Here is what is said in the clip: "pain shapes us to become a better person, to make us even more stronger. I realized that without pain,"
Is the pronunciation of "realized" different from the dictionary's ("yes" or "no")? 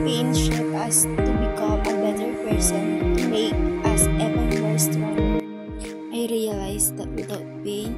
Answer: yes